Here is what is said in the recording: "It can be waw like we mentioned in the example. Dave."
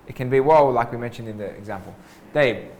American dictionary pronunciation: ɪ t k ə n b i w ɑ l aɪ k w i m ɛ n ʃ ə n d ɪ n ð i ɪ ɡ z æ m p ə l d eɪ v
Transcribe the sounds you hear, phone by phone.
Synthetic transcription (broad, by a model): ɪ t k ə n b i w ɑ l aɪ k w i m ɛ n ʃ ə n d ɪ n ð i ɪ ɡ z æ m p ə l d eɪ